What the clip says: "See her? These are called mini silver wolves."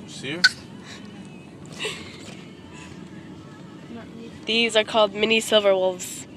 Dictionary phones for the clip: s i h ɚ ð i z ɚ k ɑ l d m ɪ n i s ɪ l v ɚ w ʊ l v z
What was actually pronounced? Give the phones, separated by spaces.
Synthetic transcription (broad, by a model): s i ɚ ð i z ɚ k ɑ l d m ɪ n i s ɪ l v ɚ w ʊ l v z